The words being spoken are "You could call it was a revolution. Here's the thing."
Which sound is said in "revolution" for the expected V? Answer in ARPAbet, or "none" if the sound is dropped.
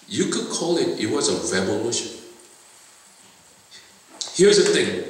B